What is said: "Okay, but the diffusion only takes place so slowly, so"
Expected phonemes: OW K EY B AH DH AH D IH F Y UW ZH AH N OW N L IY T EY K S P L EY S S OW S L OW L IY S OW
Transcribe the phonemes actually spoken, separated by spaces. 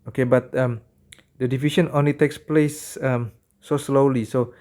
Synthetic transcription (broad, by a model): OW K EY B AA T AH D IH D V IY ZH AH N OW N L IY T EY K S P L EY S S OW S L OW L IY S OW